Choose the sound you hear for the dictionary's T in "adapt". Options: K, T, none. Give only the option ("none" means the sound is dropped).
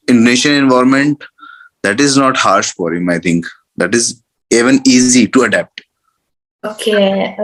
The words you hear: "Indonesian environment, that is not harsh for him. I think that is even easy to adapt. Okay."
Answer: T